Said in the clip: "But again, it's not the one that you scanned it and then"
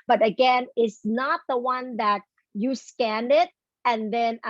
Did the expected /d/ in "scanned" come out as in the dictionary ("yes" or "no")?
yes